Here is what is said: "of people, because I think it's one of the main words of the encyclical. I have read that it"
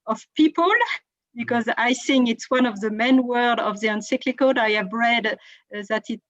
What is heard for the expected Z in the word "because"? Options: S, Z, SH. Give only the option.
Z